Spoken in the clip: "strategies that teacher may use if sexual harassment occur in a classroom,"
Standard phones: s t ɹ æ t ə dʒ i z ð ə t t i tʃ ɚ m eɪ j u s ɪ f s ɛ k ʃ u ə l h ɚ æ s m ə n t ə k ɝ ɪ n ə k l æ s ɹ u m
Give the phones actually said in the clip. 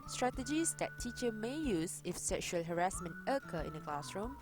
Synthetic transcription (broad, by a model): s t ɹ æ t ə dʒ i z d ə t t i tʃ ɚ m eɪ j u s ɪ f s ɛ k ʃ u ə l h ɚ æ s m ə n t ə k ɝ ɪ n ə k l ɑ s ɹ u m